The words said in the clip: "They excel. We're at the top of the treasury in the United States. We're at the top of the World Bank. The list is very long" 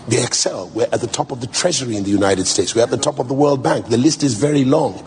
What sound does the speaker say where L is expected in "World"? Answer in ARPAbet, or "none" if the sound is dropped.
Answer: L